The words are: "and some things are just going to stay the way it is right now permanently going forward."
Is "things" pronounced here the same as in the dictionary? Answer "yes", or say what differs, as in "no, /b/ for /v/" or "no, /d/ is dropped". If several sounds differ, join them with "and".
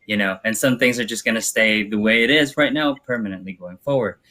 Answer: yes